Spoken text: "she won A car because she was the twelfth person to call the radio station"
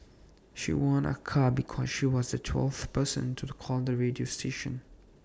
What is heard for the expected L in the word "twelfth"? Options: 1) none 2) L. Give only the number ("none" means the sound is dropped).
2